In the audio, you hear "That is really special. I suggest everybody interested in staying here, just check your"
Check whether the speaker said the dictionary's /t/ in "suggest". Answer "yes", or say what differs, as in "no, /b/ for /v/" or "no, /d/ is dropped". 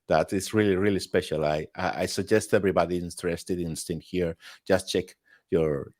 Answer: yes